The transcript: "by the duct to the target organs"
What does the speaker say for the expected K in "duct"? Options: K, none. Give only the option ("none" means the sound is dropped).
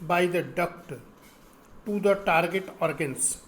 K